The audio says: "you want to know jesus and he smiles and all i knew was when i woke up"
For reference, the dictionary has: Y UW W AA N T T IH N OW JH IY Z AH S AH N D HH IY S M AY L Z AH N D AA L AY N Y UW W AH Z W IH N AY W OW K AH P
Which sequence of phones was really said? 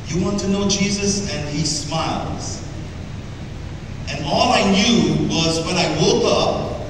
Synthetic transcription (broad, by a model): Y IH W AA N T T IH N OW JH IY Z AH S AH N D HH IY S M AY L Z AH N AA L AY N Y UW W AH Z W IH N AY W OW K AH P